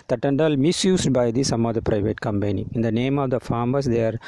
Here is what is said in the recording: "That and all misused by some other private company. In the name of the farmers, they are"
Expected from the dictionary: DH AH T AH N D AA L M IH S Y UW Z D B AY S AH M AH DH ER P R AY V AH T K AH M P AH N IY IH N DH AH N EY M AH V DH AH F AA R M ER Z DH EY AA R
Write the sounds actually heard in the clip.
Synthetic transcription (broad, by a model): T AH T AH N D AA L M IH S Y UW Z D B AY S AH M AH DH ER P R AY V AH T K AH M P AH N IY IH N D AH N EY M AH V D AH F AA R M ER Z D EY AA R